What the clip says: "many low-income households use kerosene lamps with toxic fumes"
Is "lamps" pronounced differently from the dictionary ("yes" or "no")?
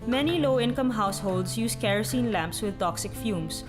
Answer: no